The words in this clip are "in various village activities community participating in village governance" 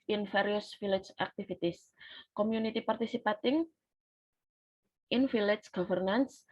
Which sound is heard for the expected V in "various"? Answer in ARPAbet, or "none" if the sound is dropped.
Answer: F